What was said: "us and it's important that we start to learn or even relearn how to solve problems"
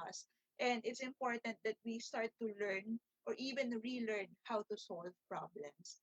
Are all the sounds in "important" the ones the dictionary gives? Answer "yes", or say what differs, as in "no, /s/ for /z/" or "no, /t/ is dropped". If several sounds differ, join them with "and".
yes